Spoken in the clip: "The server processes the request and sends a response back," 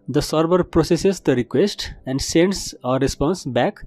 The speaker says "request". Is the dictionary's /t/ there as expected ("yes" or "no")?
yes